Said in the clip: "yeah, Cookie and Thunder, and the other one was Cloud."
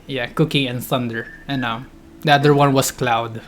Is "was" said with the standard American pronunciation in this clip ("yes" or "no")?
no